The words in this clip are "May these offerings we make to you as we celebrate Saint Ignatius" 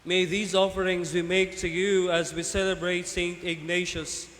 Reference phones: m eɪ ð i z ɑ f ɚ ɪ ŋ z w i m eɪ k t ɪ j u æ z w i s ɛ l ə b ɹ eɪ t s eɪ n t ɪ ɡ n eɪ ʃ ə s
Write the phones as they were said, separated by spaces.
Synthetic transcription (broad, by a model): m eɪ ð i z ɑ f ɚ ɪ ŋ z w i m eɪ k t ɪ j u æ z w i s ɛ l ə b ɹ eɪ t s eɪ n t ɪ ɡ n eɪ ʃ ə s